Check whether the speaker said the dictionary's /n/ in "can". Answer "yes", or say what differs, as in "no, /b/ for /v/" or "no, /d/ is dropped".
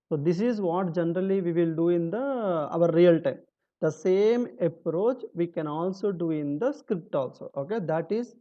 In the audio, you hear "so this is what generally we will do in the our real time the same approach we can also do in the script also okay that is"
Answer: yes